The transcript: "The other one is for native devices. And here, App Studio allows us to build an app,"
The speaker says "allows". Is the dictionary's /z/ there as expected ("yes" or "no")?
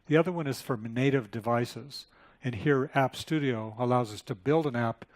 yes